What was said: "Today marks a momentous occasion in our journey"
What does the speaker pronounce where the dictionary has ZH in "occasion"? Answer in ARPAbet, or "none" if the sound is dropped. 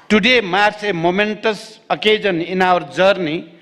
Z